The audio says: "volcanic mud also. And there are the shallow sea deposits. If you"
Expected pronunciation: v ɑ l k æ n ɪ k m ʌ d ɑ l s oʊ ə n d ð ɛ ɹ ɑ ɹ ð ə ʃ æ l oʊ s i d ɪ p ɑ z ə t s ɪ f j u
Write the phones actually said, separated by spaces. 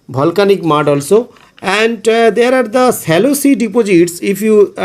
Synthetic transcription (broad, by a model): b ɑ l k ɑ n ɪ k m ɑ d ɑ l s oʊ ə n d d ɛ ɹ ɑ ɹ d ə s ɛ l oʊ s i d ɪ p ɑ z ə t s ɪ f j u